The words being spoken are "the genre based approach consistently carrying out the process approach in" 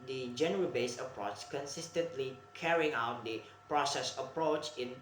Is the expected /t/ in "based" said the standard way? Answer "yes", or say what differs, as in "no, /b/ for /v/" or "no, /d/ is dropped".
no, /t/ is dropped